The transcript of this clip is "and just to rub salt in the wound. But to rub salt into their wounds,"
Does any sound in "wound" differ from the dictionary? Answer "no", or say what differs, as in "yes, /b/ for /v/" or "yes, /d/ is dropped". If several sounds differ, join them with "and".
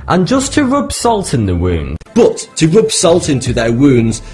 no